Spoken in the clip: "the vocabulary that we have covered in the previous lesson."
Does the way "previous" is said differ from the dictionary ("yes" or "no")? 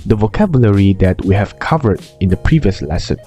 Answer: no